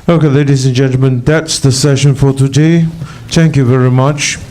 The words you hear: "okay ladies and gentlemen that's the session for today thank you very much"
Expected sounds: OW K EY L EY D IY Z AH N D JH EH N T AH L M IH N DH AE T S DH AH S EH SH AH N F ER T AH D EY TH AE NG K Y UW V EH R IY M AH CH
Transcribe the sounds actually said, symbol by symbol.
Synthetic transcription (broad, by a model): OW K EY L EY D IY Z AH N JH EH N T L M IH N DH AE T S DH AH S EH SH AH N F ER T AH D EY TH AE NG K Y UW V EH R IY M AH CH